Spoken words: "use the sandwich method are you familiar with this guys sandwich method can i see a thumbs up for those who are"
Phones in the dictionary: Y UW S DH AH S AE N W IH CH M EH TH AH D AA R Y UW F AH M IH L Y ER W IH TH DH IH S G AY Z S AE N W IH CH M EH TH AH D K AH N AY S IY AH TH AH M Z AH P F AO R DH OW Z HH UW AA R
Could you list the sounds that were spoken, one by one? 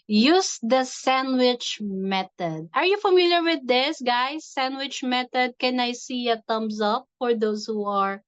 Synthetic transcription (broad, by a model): Y UW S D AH S AE N W IH CH M EH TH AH D AA R Y UW F AH M IH L Y ER W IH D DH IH S G AY S AE N W IH CH M EH T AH D K AH N AY S IY AH T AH M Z AH P F AO R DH OW S HH UW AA R